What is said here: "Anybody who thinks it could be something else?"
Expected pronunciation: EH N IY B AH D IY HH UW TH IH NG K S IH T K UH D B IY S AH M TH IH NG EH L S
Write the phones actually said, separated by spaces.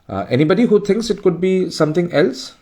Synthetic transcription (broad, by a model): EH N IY B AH D IY HH UW T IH NG K S IH T K UH D B IY S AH M T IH NG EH L S